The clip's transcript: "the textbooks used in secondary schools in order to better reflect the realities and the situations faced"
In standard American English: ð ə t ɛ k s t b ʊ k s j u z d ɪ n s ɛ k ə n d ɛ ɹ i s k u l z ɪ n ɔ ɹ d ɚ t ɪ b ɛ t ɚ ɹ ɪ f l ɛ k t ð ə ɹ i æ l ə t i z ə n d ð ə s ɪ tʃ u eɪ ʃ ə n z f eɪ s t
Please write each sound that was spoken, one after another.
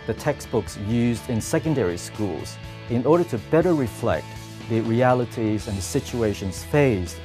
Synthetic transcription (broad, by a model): ð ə t ɛ k s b ʊ k s j u z d ɪ n s ɛ k ə n d ɛ ɹ i s k u l z ɪ n ɔ ɹ d ɚ t ɪ b ɛ t ɚ ɹ ɪ f l ɛ k t ð ə ɹ i æ l ə t i z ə n ð ə s ɪ tʃ u eɪ ʃ ə n z f eɪ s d